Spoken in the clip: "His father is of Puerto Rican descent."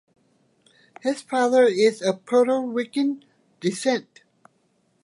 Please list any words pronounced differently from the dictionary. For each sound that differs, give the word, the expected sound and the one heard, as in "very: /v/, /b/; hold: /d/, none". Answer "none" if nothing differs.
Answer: rican: /ɹ/, /w/